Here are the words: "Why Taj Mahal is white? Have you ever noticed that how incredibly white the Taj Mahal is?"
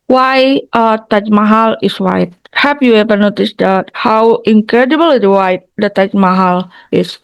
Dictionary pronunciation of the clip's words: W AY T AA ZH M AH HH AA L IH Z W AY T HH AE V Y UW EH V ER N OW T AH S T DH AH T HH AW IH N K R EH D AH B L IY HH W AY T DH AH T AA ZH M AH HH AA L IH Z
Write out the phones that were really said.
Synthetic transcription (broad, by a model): W AY T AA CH M AH HH AA L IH S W AY T HH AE P Y UW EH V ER N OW T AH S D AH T HH AW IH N K R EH D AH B L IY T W AY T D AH T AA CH M AH HH AA L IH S